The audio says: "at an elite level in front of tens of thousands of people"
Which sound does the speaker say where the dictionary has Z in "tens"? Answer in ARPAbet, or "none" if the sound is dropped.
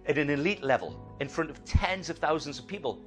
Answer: Z